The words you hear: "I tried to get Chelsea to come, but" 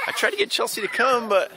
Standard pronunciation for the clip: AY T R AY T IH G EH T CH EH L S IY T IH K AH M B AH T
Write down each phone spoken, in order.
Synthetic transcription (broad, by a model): AY T R AY T IH G EH T CH EH L S IY T IH K AH M B AH T